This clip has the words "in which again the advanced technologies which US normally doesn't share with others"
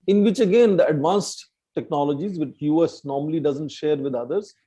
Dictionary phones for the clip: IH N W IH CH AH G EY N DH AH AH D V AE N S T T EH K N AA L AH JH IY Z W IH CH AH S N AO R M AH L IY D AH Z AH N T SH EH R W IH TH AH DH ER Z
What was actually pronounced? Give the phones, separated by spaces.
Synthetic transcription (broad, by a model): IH N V IH CH AH G EY N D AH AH D V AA N S T T EH K N AA L AH JH IY Z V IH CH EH S N AO R M AH L IY D AH Z AH N T SH EH R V IH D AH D ER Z